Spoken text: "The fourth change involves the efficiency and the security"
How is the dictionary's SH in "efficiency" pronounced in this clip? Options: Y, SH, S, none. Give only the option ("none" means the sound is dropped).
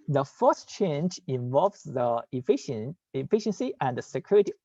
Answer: SH